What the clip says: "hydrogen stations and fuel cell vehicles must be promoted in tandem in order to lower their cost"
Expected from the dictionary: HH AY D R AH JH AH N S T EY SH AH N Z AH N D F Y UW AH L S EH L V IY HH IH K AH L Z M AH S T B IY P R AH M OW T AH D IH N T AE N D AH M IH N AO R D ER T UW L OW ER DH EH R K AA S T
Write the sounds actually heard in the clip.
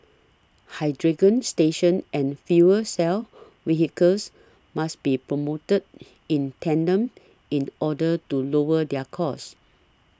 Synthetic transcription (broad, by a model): HH AY D R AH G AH N S T EY SH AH N AH N F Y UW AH S EH L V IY HH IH K AH L S M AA S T B IY P R AH M OW T AH D IH N T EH N D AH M IH N AO D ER T UW L OW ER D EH K AA S